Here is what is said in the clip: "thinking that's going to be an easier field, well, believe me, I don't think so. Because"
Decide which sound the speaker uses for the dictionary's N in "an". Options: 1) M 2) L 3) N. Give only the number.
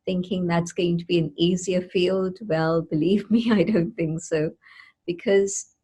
3